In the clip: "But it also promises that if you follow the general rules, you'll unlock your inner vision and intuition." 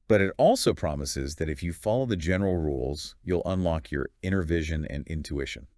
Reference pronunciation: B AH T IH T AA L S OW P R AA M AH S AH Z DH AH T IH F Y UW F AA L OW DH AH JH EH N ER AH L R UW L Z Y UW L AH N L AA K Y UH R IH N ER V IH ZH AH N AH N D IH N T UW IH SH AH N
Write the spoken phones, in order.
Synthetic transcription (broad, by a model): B AH T IH T AA L S OW P R AA M AH S AH Z DH AH T IH F Y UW F AA L OW DH AH JH EH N ER L R UW L Z Y UW L AH N L AA K Y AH R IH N ER V IH ZH AH N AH N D IH N T UW IH SH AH N